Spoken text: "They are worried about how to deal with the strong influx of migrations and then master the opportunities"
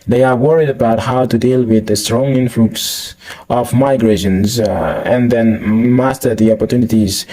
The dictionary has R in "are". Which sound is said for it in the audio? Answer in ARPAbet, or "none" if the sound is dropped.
R